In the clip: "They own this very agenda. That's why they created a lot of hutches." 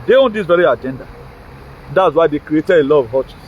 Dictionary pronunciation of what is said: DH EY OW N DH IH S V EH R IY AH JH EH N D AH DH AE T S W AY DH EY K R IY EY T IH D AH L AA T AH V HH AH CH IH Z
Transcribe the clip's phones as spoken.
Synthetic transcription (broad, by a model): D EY OW N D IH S V EH R IY AH JH EH N D AH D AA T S W AY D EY K R IY EY T IH D AH L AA AH V HH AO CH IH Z